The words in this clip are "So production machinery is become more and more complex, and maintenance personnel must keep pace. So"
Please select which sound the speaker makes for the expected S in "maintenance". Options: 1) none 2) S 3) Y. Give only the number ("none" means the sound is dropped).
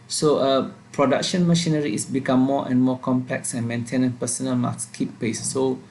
1